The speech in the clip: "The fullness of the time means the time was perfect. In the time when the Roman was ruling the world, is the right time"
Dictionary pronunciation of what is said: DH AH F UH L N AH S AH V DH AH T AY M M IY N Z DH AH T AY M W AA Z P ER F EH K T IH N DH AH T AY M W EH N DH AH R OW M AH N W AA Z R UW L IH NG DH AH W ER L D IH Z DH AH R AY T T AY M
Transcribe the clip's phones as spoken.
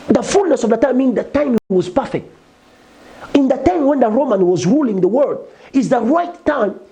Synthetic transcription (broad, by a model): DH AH F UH L N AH S AH V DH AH T AY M M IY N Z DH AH T AY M W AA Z P ER F EH K T IH N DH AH T AY M W EH N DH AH R OW M AH N W AA Z R UW L IH NG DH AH W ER D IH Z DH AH R AY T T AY M